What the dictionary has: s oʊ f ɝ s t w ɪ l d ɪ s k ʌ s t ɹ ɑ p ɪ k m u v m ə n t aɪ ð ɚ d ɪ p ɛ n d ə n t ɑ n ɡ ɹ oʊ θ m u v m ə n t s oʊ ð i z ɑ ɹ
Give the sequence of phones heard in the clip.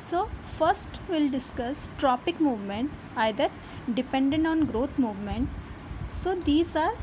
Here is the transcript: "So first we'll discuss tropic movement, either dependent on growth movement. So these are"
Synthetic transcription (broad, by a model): s oʊ f ɝ s t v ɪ l d ɪ s k ʌ s t ɹ ɑ p ɪ k m u v m ə n t aɪ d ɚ d ɪ p ɛ n d ə n t ɑ n ɡ ɹ oʊ t m u v m ə n t s oʊ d i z ɑ ɹ